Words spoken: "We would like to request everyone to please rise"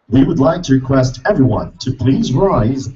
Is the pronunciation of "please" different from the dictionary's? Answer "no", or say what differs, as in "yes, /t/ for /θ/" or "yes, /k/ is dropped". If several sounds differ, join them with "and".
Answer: no